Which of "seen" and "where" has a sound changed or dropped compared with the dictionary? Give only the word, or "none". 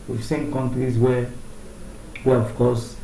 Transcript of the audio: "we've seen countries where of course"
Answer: where